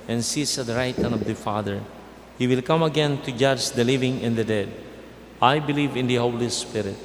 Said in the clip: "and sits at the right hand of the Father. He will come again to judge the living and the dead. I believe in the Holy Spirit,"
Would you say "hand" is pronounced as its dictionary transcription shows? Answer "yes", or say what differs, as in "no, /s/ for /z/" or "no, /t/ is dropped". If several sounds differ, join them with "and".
no, /d/ is dropped